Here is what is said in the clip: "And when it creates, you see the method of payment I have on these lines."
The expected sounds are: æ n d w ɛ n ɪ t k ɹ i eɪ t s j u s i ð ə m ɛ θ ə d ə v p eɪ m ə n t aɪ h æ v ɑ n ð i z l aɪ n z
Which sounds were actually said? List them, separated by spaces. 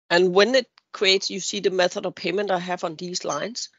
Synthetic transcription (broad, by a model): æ n w ɛ n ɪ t k ɹ i eɪ t s j u s i ð ə m ɛ θ ə d ə v p eɪ m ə n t aɪ h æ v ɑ n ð i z l aɪ n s